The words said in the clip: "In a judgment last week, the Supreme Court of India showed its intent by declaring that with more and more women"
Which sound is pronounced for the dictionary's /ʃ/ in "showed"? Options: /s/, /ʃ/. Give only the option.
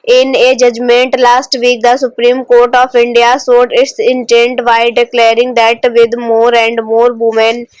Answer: /s/